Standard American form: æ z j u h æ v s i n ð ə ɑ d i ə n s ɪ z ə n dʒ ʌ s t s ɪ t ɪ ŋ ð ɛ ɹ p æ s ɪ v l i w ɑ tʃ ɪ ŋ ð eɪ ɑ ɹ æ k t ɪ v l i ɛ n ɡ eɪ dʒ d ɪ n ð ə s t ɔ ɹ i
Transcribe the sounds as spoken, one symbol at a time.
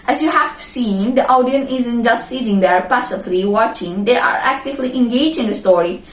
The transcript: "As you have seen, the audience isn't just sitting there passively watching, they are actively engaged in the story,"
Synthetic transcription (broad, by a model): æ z j u h æ v s i n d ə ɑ d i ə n ɪ z ə n dʒ ʌ s t s ɪ t ɪ ŋ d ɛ ɹ p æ s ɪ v l i w ɑ tʃ ɪ ŋ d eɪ ɑ ɹ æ k t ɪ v l i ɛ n ɡ eɪ dʒ ɪ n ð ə s t ɔ ɹ i